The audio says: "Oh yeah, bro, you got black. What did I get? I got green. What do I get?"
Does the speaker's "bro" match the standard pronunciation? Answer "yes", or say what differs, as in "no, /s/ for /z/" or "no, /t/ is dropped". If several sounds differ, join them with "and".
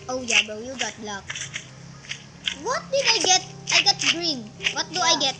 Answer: no, /ɹ/ is dropped